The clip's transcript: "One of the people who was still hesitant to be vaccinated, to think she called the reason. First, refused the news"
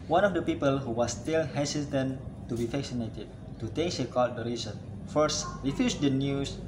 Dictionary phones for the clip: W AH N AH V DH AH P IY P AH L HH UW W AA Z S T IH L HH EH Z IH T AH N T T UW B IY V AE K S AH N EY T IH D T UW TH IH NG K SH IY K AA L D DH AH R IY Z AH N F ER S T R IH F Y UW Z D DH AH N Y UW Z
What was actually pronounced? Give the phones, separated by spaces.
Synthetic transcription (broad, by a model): W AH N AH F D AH P IY P AH L HH UW W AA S T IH L HH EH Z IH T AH N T T UW B IY F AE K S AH N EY T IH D T UW T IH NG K S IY K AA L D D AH R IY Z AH N F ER S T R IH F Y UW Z D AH N Y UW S